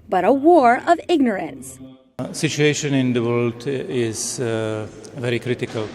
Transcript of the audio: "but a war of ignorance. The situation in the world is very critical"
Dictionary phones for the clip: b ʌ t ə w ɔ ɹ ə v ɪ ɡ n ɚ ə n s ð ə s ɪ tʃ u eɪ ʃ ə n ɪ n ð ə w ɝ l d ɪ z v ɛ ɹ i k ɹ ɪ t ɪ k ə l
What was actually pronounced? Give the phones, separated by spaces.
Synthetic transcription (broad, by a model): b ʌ t ə w ɔ ɹ ə v ɪ ɡ n ɚ ə n s s ɪ tʃ u eɪ ʃ ə n ɪ n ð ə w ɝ l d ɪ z v ɛ ɹ i k ɹ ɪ t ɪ k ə l